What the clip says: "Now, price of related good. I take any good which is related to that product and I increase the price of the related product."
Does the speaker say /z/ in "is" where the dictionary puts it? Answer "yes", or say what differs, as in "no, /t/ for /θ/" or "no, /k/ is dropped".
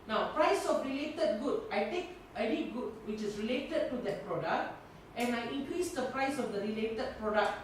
no, /s/ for /z/